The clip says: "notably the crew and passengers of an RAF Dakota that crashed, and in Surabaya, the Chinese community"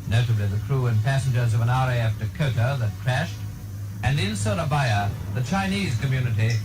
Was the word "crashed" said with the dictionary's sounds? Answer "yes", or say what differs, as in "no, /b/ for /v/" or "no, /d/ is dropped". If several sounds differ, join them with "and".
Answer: yes